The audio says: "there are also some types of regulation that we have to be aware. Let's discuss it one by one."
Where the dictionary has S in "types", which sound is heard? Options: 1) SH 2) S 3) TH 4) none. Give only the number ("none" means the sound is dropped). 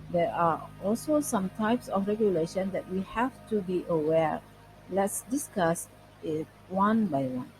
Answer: 2